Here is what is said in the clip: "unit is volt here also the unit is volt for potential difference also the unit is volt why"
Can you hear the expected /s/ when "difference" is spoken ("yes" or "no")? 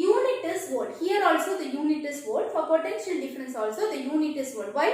yes